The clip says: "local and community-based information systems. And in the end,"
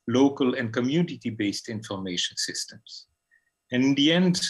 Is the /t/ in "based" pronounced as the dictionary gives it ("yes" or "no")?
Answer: yes